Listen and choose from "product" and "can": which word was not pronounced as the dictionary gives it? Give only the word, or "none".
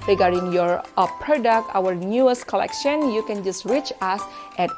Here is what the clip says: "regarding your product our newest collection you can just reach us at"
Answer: none